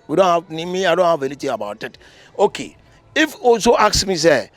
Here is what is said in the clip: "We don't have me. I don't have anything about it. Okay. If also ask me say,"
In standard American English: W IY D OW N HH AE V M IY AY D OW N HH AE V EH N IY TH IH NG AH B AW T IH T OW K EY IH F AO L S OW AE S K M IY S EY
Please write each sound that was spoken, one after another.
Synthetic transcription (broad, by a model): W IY D OW N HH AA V M IY AY D OW N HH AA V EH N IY T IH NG AH B AW T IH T OW K EY IH F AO S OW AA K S M IY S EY